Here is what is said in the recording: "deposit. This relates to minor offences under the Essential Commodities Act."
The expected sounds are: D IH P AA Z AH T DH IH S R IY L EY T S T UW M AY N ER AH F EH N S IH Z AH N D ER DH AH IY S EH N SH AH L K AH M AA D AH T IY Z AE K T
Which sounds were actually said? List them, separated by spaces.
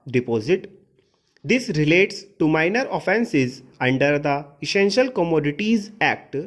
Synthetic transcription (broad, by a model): D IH P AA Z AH T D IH S R IY L EY T S T UW M AY N ER AH F EH N S IH Z AH N D ER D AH IY S EH N SH AH L K AH M AA D AH T IY Z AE K T